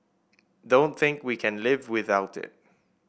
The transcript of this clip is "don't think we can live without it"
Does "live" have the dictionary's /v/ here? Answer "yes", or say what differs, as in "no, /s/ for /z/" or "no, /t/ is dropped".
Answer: yes